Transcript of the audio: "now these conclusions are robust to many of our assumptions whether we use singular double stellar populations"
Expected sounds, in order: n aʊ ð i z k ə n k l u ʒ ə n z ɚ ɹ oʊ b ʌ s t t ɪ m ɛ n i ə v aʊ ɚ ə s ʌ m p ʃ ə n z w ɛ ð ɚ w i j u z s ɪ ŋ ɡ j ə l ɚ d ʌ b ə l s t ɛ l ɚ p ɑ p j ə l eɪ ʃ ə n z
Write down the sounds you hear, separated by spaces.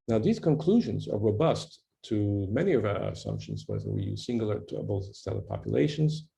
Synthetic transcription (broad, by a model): n aʊ ð i z k ə n k l u ʒ ə n z ɚ ɹ oʊ b ʌ s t t ɪ m ɛ n i ə v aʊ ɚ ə s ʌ m p ʃ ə n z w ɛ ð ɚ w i j u z s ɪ ŋ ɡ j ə l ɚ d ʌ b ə l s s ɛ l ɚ p ɑ p j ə l eɪ ʃ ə n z